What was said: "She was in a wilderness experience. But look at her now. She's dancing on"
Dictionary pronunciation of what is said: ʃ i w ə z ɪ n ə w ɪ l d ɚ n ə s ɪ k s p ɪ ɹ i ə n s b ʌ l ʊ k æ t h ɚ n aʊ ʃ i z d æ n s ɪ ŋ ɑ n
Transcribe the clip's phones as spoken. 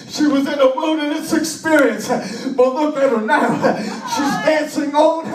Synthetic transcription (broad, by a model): ʃ i w ə z ɪ n ə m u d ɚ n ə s ɪ k s p ɪ ɹ i ə n s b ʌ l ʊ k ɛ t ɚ n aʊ ʃ i z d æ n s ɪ ŋ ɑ